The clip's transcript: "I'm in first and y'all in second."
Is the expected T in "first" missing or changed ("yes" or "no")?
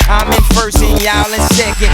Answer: yes